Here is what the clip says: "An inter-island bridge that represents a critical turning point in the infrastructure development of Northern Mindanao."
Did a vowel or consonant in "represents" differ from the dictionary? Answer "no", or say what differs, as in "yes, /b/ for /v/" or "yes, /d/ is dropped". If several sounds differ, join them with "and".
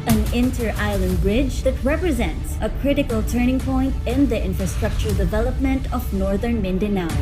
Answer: no